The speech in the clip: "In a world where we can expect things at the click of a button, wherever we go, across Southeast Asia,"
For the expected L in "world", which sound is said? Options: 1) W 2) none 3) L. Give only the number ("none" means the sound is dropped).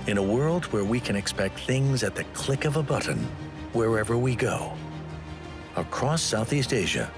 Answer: 3